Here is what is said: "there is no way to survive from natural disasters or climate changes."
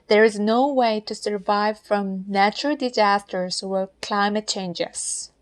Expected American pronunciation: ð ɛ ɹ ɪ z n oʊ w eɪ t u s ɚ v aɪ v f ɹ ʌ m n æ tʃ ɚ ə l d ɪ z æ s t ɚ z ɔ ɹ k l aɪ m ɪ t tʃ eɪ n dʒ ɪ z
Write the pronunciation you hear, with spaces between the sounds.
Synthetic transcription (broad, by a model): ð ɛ ɹ ɪ z n oʊ w eɪ t u s ɚ v aɪ v f ɹ ʌ m n æ tʃ ɚ ə l d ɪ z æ s t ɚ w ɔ l k l aɪ m ɪ t tʃ eɪ n dʒ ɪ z